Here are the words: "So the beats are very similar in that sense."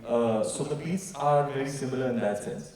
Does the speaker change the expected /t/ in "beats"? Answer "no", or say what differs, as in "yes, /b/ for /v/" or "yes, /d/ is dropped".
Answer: yes, /s/ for /t/